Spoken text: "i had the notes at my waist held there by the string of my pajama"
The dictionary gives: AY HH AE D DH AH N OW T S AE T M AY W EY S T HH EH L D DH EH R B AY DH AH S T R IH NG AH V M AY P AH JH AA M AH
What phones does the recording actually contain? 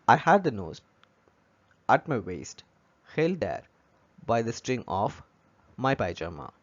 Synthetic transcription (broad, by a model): AY HH AE D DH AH N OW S AE T M AY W EY S T HH EH L D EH R B AY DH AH S T R IH NG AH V M AY P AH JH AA M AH